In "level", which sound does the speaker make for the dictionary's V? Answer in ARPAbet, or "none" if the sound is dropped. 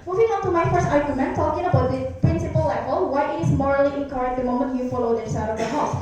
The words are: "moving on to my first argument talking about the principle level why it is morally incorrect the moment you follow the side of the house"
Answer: F